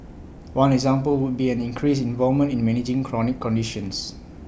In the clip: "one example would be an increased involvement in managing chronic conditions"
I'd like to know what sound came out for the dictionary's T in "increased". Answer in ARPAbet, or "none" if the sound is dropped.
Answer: none